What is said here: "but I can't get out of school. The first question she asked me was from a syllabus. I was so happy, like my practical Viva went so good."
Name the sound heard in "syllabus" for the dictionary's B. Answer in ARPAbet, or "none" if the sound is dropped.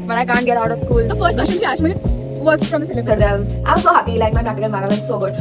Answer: none